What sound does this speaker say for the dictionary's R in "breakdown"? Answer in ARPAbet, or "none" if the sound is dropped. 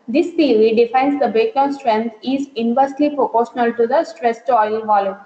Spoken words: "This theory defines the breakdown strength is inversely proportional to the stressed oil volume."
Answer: none